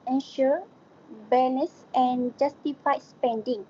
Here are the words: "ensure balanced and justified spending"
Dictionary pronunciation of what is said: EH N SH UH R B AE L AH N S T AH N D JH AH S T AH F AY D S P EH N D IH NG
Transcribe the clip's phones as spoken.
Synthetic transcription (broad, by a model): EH N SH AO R B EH N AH S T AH N JH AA S T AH F AY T S P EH N D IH NG